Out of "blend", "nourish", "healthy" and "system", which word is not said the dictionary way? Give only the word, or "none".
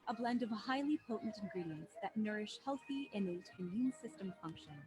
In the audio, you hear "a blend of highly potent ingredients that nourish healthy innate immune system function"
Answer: none